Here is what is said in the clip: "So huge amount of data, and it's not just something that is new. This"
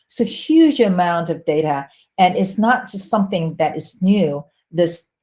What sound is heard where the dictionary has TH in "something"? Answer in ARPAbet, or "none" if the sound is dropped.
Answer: TH